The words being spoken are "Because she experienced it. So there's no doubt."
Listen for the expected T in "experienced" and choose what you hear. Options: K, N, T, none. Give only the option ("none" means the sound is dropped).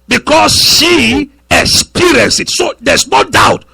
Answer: none